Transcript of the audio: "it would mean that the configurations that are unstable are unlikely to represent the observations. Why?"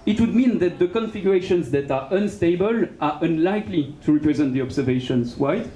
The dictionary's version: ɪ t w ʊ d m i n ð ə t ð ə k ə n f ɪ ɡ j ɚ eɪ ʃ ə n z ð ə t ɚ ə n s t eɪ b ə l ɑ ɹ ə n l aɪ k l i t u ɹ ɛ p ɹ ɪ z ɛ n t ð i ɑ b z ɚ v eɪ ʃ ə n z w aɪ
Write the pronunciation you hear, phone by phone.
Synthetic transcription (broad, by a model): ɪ t w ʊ d m i n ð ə t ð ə k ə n f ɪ ɡ j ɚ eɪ ʃ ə n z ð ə t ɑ ə n s t eɪ b ə l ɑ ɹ ə n l aɪ k l i t u ɹ ɛ p ɹ ɪ z ɛ n t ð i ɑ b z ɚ v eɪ ʃ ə n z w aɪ